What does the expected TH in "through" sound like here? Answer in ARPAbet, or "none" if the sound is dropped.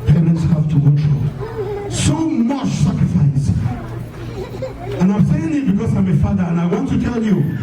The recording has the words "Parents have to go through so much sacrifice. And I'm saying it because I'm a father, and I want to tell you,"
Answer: T